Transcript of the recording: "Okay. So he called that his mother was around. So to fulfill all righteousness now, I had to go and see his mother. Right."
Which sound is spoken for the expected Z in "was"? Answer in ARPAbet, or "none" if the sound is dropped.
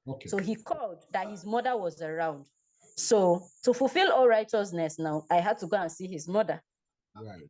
Z